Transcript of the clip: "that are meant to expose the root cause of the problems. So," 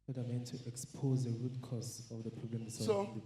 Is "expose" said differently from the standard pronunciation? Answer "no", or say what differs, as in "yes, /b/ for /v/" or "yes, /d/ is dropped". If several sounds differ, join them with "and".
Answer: no